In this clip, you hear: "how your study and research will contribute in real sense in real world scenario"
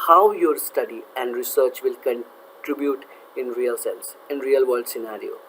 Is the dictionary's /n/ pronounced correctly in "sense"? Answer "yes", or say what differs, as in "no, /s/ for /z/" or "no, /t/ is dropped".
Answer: no, /l/ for /n/